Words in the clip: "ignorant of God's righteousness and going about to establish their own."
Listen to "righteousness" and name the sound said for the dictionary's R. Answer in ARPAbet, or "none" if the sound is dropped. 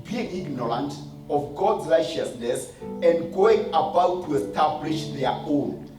R